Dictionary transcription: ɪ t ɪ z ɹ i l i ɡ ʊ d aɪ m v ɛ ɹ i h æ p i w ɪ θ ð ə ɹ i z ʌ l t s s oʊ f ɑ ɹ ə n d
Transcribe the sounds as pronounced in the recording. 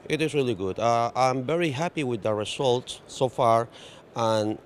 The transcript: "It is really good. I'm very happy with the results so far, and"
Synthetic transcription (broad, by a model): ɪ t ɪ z ɹ i l i ɡ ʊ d aɪ m v ɛ ɹ i h æ p i w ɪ ð ə ɹ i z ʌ l t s s oʊ f ɑ ɹ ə n